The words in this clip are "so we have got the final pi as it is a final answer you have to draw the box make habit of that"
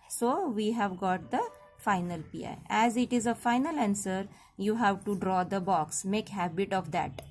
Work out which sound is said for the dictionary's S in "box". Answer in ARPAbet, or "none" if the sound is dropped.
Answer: S